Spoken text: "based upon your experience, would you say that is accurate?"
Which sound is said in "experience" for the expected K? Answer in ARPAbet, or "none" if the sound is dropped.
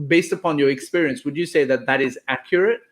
K